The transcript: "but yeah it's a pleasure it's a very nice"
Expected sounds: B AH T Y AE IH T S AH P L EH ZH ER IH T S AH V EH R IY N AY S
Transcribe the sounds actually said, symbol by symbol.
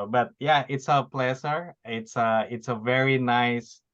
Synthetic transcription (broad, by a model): B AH T Y AE IH T S AH P L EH S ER IH T S AH V EH R IY N AY S